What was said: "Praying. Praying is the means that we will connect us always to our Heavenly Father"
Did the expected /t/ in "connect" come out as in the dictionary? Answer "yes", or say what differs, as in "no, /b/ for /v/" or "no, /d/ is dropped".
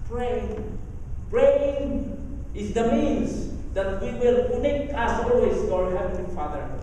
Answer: no, /t/ is dropped